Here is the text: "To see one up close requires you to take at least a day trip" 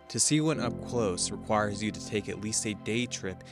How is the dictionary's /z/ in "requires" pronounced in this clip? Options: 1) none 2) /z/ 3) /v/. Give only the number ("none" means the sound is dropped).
2